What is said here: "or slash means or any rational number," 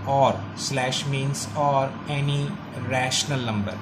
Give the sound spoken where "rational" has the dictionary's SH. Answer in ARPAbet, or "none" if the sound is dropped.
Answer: SH